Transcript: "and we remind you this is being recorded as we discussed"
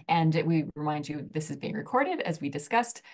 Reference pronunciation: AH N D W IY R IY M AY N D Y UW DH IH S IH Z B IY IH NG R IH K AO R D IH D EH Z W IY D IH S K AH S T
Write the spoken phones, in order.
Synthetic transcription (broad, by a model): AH N W IY R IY M AY N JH Y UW DH IH S IH Z B IY IH NG R IH K AO R D IH D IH Z W IY D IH S K AH S T